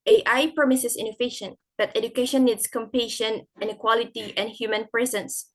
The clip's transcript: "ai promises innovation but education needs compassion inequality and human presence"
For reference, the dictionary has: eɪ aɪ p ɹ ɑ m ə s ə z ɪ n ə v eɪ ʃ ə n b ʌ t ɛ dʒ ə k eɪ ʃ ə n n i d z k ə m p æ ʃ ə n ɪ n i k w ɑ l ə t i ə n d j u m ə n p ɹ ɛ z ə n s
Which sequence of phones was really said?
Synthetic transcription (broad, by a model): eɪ aɪ p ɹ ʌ m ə s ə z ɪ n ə f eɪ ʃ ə n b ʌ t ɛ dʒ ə k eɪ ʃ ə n n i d s k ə m p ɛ ʃ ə n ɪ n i k w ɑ l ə t i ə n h j u m ə n p ɹ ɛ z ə n s